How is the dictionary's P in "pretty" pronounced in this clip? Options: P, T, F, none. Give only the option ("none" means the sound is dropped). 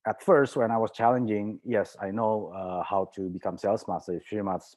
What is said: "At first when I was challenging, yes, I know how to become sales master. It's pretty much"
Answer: F